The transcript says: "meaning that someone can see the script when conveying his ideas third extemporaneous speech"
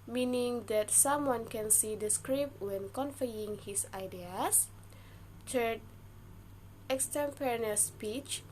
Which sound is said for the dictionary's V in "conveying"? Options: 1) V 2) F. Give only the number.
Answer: 2